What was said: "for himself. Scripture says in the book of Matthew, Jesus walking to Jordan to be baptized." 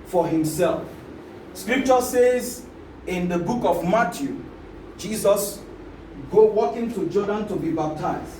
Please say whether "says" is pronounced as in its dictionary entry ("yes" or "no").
yes